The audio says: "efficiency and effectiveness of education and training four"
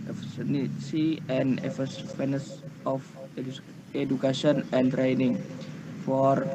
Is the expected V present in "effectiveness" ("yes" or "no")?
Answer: no